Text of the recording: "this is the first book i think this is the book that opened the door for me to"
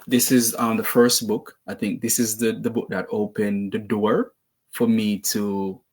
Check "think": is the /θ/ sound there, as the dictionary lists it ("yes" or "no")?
yes